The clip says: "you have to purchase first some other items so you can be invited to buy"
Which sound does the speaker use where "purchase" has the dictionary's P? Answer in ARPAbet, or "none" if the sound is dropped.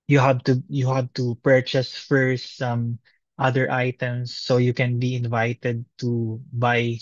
P